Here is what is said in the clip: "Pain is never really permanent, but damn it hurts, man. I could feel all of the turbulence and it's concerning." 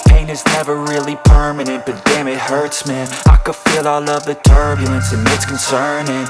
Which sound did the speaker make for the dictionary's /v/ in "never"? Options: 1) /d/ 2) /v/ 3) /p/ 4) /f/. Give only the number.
2